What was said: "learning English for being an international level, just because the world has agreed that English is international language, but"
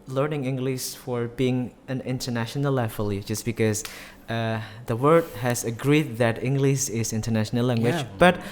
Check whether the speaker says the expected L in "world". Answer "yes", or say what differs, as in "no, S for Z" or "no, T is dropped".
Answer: no, L is dropped